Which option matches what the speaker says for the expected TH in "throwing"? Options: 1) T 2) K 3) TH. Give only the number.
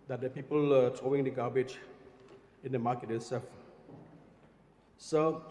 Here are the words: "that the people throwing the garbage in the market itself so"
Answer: 1